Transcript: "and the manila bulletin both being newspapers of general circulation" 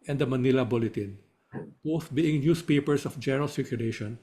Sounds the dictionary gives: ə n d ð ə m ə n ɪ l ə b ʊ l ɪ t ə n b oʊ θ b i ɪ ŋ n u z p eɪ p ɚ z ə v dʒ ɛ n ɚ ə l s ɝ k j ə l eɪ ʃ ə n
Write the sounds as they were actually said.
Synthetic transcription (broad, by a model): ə n d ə m ə n ɪ l ə b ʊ l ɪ t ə n b oʊ θ b i ɪ ŋ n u s p eɪ p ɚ s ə f dʒ ɛ n ɚ ə l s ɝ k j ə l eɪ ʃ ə n